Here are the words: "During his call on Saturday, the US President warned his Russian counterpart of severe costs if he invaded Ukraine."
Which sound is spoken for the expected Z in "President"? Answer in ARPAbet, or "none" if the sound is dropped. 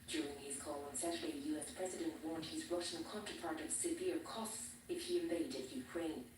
Z